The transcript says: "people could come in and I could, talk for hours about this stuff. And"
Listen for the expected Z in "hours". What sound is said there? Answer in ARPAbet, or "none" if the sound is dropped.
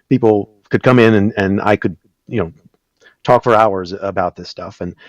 Z